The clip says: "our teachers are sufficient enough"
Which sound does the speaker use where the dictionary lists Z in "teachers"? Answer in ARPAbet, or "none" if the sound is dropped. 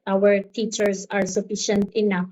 S